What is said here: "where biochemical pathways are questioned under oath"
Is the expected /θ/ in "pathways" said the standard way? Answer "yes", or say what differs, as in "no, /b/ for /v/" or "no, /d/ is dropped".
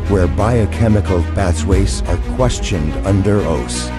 no, /s/ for /θ/